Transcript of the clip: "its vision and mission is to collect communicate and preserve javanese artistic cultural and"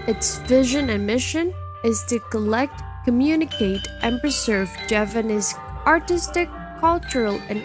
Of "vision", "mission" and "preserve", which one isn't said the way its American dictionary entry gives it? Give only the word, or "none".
none